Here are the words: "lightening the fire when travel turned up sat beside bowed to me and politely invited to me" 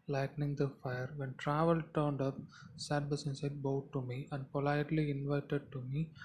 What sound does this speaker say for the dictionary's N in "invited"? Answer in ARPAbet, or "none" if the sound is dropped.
N